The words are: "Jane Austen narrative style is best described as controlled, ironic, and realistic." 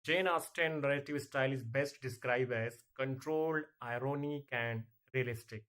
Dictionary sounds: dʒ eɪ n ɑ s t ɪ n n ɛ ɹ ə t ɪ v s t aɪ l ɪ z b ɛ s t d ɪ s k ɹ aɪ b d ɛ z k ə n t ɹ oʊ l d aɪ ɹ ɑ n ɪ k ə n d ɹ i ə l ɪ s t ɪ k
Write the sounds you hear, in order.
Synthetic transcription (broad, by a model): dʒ eɪ n ɑ s t ɪ n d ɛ l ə t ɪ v s t aɪ l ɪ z b ɛ s t d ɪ s k ɹ aɪ b ɛ z k ə n t ɹ oʊ l d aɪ ɹ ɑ n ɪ k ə n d ɹ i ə l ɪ s t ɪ k